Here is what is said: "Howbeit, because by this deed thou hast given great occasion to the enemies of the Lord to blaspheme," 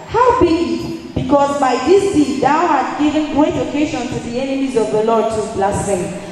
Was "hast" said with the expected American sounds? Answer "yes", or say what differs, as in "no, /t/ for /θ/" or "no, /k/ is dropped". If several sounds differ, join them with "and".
no, /s/ is dropped